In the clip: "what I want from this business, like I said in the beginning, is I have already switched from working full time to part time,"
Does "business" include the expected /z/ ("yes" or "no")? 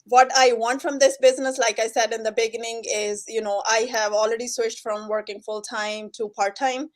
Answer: yes